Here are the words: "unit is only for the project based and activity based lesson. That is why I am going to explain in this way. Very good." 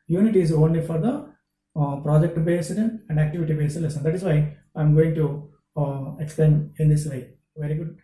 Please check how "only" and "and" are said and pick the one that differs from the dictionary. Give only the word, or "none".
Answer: none